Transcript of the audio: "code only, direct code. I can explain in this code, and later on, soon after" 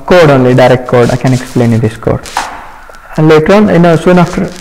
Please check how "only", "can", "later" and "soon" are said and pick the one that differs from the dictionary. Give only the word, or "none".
none